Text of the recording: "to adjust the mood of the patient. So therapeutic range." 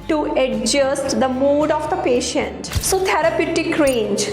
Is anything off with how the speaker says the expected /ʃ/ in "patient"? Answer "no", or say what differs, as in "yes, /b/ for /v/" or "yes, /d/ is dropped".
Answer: no